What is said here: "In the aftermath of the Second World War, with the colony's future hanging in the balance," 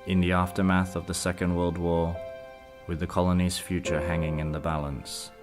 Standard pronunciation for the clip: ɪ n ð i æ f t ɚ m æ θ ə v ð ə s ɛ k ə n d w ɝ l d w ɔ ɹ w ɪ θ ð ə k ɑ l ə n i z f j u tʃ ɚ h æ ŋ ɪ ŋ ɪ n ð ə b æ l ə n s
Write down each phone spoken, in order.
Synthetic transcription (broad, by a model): ɪ n ð i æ f t ɚ m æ θ ə v ð ə s ɛ k ə n d w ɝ l d w ɔ w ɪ ð ə k ɑ l ə n i z f j u tʃ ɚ h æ ŋ ɪ ŋ ɪ n ð ə b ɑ l ə n s